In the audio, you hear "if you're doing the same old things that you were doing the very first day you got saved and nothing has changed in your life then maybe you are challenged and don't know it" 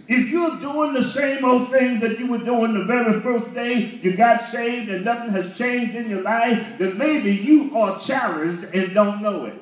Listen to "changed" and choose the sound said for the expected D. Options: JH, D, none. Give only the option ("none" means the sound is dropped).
D